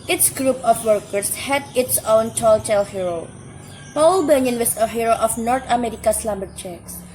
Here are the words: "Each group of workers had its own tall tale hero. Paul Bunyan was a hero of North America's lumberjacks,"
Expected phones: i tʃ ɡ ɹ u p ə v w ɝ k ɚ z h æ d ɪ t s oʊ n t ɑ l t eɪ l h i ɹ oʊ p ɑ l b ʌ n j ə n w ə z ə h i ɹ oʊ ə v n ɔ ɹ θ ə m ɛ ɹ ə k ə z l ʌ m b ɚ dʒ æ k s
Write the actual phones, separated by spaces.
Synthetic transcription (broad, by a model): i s ɡ ɹ u p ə f w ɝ k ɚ s h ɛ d ɪ t s oʊ n t ɑ l t eɪ l h i ɹ oʊ p ɑ l b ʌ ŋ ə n w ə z ə h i ɹ oʊ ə f n ɔ ɹ t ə m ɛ ɹ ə k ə s l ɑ m b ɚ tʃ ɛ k s